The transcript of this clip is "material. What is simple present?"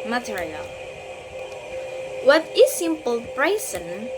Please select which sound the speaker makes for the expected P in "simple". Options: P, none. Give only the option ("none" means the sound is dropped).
P